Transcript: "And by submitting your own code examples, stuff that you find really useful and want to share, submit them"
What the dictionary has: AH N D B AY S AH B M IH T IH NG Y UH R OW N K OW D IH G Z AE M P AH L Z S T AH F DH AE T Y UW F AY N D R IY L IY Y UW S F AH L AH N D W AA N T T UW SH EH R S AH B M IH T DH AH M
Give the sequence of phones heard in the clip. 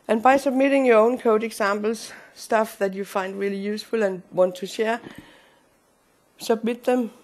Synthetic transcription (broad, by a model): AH N B AY S AH B M IH T IH NG Y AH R OW N K OW D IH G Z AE M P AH L S T AH F DH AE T Y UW F AY N D R IY L IY Y UW S F AH L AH N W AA N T T UW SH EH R S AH B M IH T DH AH M